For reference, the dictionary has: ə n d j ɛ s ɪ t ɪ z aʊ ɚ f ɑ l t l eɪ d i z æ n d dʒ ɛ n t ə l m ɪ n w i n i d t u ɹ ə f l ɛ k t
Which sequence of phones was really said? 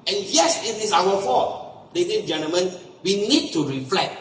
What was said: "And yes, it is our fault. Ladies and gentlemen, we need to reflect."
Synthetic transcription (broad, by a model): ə n j ɛ s ɪ t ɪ s aʊ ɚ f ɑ t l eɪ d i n dʒ ɛ n t ə l m ɪ n w i n i d t u ɹ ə f l ɛ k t